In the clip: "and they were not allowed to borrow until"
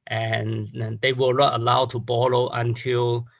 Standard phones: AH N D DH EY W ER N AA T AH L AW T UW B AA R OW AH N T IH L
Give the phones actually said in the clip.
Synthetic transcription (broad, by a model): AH N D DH EY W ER N AA T AH L AW T UW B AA L OW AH N T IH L